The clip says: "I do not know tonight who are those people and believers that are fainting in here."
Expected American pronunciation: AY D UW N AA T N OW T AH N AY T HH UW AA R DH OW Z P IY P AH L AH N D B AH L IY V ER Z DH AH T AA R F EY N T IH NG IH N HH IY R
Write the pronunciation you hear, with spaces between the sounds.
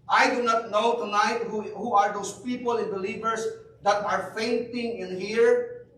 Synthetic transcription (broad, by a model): AY D UW N AA T N OW T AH N AY T HH UW AA R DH OW S P IY P AH L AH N B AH L IY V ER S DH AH T AA R F EY N T IH NG IH N HH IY R